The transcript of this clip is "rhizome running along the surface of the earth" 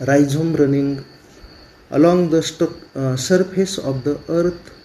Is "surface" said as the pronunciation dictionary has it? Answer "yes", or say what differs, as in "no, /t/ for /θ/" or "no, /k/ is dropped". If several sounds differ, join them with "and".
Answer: no, /p/ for /f/